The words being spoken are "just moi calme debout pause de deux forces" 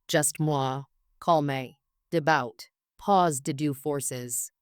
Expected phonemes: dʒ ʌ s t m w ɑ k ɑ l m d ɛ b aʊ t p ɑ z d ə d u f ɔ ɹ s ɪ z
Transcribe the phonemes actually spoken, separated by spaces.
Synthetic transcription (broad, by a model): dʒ ʌ s t m w ɑ k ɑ l m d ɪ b aʊ t p ɑ z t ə d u f ɔ ɹ s ɪ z